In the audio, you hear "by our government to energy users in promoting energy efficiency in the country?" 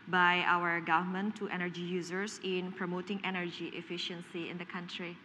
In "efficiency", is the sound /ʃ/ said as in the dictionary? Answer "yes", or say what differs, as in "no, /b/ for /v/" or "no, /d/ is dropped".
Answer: yes